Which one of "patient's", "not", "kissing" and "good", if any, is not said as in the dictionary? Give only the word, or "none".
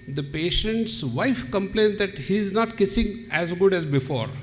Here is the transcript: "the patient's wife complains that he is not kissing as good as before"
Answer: none